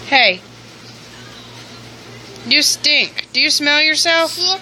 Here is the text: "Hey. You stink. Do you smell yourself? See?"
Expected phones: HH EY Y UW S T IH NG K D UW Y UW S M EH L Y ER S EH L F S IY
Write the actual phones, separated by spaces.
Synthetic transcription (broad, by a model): HH EY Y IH S T IH NG K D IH Y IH S M EH L Y ER S EH L F